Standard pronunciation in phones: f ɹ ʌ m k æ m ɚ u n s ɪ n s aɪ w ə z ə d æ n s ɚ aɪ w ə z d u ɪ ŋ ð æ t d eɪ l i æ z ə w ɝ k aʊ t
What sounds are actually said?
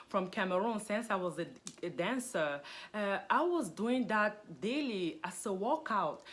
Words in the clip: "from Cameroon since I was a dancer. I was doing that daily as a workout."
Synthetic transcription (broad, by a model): f ɹ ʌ m k æ m ɚ u n s ɪ n s aɪ w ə z ə d æ n s ɚ aɪ w ə z d u ɪ ŋ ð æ t d eɪ l i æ s ə w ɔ k aʊ t